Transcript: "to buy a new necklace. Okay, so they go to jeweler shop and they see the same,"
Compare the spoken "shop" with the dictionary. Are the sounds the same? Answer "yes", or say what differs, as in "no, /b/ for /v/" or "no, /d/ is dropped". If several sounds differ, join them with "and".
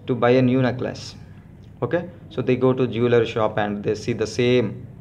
yes